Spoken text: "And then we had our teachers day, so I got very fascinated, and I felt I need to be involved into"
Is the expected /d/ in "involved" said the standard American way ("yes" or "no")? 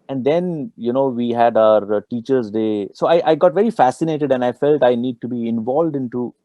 yes